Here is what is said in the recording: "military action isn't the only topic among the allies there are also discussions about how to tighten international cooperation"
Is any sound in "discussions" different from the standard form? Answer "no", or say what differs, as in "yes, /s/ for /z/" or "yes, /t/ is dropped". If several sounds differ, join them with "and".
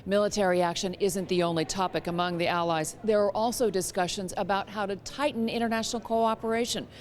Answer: no